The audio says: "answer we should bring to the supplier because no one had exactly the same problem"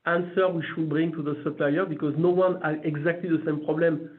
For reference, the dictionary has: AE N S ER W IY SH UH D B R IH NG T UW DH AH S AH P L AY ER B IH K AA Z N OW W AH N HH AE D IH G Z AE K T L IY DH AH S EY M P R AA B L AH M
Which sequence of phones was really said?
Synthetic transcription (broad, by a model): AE N S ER W IY SH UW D B R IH NG T UW DH AH S AH P L AY ER B IH K AA Z N OW W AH N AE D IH G Z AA K T L IY DH AH S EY M P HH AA B L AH M